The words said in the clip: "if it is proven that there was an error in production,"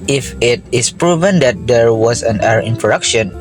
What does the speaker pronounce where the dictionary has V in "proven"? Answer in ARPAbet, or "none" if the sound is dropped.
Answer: V